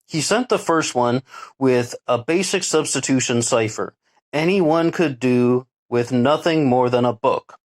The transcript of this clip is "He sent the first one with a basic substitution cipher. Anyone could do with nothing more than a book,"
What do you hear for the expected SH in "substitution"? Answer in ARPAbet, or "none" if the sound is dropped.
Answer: SH